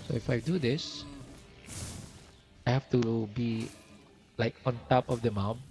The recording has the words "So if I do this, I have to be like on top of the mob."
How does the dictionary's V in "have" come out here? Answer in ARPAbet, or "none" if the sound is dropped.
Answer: F